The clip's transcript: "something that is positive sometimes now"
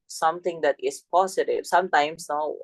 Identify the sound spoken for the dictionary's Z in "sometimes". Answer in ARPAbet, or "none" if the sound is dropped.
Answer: S